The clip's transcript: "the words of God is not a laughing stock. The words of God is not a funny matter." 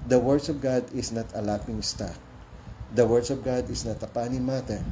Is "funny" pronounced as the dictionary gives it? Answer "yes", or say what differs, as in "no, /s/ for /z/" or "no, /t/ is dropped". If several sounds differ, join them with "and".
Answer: no, /p/ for /f/